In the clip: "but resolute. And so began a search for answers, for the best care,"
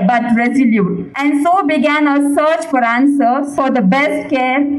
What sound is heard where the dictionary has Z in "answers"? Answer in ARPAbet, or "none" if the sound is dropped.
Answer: none